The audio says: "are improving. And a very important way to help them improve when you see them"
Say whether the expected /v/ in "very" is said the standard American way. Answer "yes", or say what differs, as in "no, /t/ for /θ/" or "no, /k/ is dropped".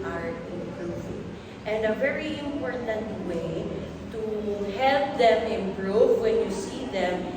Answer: yes